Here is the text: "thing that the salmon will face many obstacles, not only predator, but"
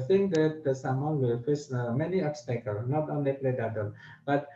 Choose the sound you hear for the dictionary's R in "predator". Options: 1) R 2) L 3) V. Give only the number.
2